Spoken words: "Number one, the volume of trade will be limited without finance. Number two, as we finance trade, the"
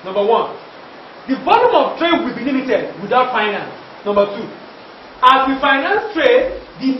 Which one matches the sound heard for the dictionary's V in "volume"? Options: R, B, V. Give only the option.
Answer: B